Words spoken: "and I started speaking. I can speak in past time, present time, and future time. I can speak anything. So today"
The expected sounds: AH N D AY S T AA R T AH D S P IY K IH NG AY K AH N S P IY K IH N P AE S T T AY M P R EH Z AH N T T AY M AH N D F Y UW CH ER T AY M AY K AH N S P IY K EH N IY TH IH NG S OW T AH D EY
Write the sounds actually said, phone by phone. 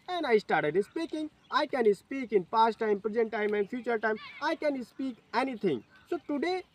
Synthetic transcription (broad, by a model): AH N AY S T AA R T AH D S P IY K IH NG AY K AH N S P IY K IH N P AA S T T AY M P R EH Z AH N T T AY M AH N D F Y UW CH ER T AY M AY K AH N S P IY K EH N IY T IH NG S OW T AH D EY